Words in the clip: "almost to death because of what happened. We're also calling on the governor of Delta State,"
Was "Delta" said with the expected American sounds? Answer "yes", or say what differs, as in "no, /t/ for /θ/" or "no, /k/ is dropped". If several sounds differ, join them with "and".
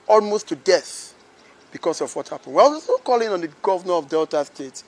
yes